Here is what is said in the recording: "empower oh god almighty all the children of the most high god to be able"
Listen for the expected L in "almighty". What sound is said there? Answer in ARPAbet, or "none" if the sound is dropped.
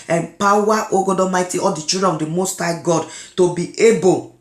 none